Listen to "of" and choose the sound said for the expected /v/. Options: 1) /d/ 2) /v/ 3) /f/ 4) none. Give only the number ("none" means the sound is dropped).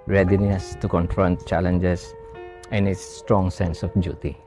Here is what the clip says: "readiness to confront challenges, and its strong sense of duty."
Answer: 3